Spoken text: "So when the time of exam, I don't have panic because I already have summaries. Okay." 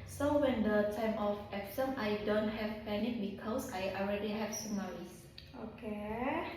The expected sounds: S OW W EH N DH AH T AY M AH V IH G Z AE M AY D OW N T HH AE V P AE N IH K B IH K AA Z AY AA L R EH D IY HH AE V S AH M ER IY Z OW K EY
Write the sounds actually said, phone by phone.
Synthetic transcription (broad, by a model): S OW W EH N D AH T AY M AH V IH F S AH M AY D OW N T HH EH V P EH N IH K B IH K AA S AY AA L R EH D IY HH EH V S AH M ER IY S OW K EY